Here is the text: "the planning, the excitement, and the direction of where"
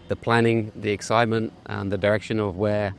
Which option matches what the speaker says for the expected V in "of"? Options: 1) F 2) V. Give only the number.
2